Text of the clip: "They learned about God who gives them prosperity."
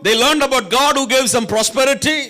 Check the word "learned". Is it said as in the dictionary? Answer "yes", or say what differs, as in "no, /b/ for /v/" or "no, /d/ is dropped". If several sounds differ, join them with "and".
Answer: yes